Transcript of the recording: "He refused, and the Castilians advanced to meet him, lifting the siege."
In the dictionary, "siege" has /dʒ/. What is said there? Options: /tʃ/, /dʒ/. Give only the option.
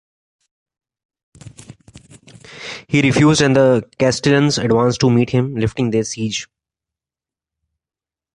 /dʒ/